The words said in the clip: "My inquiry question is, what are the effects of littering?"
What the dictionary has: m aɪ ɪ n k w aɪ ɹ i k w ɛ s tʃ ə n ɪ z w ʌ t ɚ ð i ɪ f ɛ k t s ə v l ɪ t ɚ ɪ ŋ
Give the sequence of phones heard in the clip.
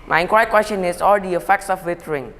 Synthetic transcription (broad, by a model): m aɪ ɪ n k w aɪ i k w ɛ s tʃ ə n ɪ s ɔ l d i ɪ f ɛ k t s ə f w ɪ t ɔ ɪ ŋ